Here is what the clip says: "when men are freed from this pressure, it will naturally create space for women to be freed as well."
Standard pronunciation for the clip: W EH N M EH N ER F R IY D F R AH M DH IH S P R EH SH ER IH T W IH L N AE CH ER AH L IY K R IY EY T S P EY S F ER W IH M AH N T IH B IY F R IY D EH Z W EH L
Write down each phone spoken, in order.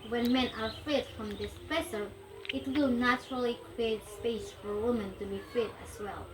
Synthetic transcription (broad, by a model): W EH N M EH N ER F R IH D F R AH M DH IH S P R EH S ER IH T W IH L N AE CH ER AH L IY K R IY EY T S P EY S F ER W IH M AH N T IH B IY F IH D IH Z W EH L